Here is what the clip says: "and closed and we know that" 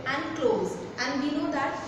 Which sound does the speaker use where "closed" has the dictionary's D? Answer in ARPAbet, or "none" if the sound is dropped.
none